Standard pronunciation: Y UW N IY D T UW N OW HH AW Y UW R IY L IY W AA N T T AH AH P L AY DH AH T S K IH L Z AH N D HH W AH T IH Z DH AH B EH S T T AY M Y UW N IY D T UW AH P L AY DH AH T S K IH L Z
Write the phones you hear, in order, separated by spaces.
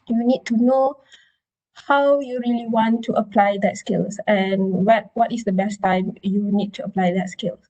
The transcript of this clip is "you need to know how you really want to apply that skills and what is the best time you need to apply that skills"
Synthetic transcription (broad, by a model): Y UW N IY D T UW N OW HH AW Y UW R IY L IY W AA N T T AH AH P L AY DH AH T S K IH L S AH N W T W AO T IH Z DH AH B EH S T T AY M Y UW N IY D T UW AH P L AY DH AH T S K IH L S